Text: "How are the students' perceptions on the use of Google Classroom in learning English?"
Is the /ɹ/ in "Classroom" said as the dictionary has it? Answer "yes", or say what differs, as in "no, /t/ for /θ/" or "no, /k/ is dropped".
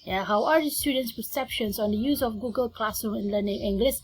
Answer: no, /ɹ/ is dropped